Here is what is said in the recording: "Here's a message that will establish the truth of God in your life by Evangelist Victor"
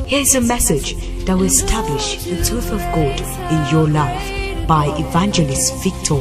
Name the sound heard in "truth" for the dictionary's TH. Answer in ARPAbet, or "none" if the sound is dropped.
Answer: TH